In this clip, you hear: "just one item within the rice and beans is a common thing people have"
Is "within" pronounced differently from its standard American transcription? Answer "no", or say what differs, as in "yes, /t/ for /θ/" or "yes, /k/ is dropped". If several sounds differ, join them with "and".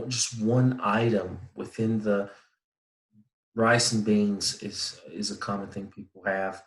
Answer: no